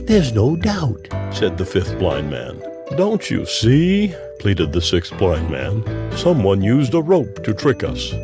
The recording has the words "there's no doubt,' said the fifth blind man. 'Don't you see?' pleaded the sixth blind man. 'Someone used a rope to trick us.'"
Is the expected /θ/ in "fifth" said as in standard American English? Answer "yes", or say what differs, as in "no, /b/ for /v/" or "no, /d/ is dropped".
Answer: yes